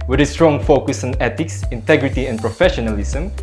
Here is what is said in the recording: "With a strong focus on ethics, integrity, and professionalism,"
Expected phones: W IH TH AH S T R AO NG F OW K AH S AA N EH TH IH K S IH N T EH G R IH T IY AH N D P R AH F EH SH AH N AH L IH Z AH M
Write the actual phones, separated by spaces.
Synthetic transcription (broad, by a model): W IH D AH S T R AO NG F OW K AH S AA N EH T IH K S IH N T EH G R IH T IY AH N P R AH F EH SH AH N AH L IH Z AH M